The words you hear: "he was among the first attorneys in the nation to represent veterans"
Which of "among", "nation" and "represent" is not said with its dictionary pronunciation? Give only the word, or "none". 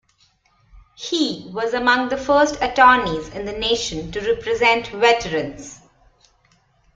none